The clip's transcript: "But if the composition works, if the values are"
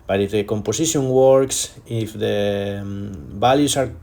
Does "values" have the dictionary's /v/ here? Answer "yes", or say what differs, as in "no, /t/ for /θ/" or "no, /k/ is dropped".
no, /b/ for /v/